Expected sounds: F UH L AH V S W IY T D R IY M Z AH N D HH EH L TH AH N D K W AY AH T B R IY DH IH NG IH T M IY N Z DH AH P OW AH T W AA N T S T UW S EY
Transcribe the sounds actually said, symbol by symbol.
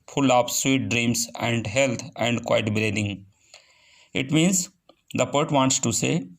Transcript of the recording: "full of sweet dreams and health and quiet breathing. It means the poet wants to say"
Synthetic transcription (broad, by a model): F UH L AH P S W IY T D R IY M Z AH N D HH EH L T AH N D K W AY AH T B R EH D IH NG IH T M IY N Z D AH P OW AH T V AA N T S T UW S EY